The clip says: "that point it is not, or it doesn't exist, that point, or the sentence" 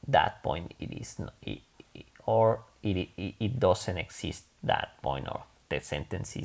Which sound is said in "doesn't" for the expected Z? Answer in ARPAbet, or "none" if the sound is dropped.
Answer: S